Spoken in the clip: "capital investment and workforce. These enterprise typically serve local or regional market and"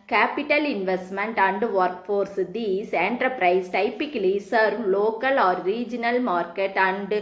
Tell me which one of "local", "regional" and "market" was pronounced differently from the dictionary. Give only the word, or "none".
none